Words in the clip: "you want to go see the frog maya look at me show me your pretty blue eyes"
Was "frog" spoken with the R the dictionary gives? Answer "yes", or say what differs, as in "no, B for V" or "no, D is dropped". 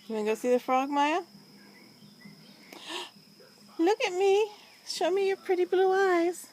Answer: yes